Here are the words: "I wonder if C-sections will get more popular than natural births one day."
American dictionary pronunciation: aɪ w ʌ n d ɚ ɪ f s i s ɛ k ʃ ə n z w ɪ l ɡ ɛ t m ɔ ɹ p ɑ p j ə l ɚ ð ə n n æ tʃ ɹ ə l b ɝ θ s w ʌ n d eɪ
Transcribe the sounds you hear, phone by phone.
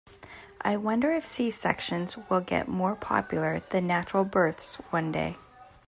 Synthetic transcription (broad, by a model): aɪ w ʌ n d ɚ ɪ f s i s ɛ k ʃ ə n z w ɪ l ɡ ɛ t m ɔ ɹ p ɑ p j l ɚ ð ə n n æ tʃ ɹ l b ɝ θ s w ʌ n d eɪ